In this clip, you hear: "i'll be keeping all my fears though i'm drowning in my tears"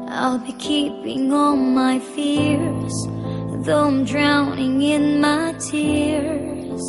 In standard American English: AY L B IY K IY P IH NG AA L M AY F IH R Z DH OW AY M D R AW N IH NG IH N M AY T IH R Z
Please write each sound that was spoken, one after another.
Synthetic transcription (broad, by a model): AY L B IY K IY P IH NG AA N M AY F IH R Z DH OW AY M D R AW N IH NG IH N M AY T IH R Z